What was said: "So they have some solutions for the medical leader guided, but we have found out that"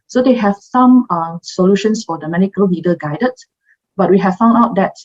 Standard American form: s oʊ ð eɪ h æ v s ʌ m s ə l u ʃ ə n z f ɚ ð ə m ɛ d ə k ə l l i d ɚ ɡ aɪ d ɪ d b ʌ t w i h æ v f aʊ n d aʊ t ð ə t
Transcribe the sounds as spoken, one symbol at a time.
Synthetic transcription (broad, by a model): s oʊ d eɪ h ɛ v s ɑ m s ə l u ʃ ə n s f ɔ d ə m ɛ d ə k ə l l i d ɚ ɡ aɪ d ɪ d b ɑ t w i h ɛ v f aʊ n d aʊ t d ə t